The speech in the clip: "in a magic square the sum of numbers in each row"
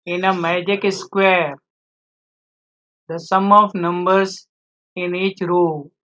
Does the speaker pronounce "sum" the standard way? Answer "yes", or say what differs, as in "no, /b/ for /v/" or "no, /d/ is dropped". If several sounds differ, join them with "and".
yes